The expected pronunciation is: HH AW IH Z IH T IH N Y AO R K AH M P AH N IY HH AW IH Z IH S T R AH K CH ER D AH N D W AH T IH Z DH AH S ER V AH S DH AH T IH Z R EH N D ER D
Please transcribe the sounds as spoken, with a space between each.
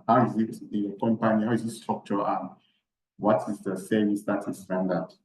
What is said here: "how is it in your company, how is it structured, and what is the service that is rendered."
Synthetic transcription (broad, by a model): HH AW IH Z IH T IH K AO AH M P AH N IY HH AW IH Z IH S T AO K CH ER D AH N W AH T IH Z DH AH S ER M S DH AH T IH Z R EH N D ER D